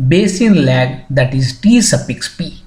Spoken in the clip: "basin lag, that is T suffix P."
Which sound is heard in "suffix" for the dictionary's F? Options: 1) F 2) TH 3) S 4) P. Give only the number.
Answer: 4